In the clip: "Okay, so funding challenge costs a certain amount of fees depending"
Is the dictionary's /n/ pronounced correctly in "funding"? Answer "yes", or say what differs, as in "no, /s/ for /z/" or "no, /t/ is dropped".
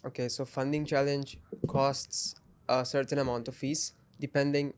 yes